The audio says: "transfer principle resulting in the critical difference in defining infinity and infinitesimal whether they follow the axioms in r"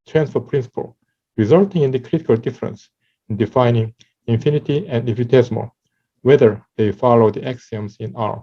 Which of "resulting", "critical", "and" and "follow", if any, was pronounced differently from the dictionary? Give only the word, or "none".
none